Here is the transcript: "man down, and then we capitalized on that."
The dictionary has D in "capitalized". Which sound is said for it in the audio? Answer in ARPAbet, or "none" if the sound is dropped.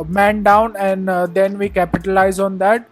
none